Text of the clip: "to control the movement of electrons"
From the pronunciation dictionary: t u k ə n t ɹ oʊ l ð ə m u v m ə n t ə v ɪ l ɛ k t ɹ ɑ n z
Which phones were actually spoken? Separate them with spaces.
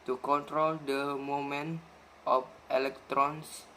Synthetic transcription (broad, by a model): t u k ə n t ɹ oʊ l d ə m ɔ m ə n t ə f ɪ l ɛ k t ɹ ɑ n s